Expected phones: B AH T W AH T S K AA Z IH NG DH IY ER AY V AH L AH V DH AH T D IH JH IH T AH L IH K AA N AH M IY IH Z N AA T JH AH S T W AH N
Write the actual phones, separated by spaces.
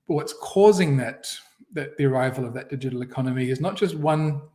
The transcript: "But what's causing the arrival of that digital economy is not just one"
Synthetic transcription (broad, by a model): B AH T W AH T S K AA Z IH NG DH IY ER AY V AH L AH V DH AH T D IH JH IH T L IH K AA N AH M IY IH Z N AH T JH AH S T W AH N